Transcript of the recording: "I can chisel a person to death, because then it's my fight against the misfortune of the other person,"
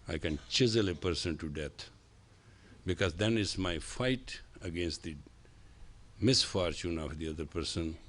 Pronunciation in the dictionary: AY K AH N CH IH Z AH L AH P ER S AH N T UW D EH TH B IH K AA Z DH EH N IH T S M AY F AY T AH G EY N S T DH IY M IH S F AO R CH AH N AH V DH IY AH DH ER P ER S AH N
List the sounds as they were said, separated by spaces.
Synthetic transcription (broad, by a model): AY K AH N CH IH Z AH L AH P ER S AH N T UW D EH T B IH K AA Z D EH N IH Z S M AY F AY T AH G EY N S T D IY M IH S F AO R CH AH N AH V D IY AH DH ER P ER S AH N